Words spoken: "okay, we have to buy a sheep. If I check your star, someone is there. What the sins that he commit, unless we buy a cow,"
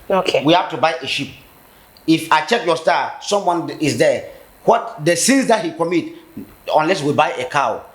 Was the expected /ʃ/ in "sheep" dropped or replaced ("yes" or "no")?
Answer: no